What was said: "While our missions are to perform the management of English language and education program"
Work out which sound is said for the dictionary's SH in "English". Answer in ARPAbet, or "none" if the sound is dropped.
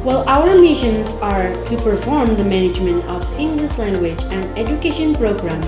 S